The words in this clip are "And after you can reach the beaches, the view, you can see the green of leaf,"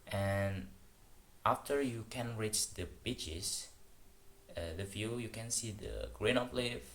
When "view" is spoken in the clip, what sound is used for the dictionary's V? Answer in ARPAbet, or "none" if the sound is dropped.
F